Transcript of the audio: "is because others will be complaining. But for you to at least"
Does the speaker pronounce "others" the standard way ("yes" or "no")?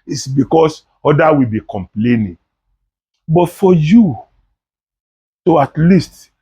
no